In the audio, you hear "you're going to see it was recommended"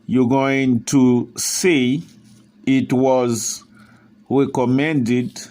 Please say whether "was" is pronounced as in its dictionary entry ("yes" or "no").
yes